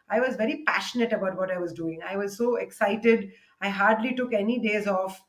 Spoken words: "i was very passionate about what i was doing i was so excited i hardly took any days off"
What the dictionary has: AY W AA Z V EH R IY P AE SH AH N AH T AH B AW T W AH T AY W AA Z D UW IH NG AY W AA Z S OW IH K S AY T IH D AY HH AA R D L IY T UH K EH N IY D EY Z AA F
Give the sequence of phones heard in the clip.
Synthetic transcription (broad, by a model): AY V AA Z V EH R IY P AE SH AH N AH T AH B AW T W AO T AY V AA Z D UW IH NG AY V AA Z S OW IH K S AY T IH D AY HH AA R D L IY T UH K EH N IY D EY Z AA F